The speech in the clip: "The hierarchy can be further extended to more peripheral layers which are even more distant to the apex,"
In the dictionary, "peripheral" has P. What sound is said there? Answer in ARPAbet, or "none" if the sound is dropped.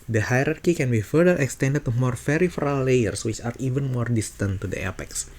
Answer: F